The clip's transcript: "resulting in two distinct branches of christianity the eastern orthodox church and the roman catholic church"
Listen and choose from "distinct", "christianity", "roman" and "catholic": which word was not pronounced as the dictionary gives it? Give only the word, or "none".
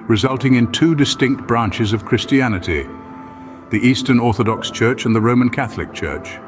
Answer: none